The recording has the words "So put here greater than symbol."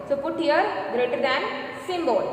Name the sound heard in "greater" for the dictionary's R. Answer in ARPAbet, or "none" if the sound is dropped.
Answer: R